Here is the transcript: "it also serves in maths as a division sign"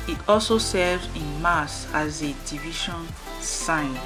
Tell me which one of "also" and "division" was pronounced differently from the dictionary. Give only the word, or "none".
division